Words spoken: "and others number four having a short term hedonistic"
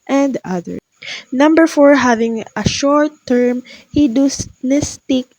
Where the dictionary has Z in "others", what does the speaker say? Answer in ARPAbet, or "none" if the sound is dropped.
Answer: none